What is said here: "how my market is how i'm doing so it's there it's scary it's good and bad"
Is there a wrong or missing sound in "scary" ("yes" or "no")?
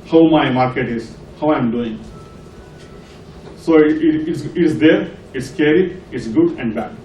no